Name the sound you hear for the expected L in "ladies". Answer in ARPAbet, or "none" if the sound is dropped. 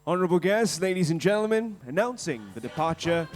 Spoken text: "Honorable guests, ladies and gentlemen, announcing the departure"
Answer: L